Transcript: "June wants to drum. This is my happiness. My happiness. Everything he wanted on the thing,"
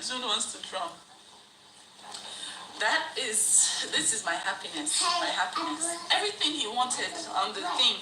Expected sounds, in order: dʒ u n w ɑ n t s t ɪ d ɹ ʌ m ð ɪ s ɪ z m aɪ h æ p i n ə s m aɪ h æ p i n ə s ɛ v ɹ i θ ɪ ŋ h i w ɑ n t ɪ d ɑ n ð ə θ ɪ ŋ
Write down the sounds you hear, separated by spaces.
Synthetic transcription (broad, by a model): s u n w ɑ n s t ɪ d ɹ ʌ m ð ɪ s ɪ z m aɪ h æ p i n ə s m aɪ h æ p i n ə s ɛ v ɹ i θ ɪ ŋ h i w ɑ n t ɪ d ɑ n ð ə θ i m